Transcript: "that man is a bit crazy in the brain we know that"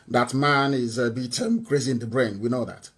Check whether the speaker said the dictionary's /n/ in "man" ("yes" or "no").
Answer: yes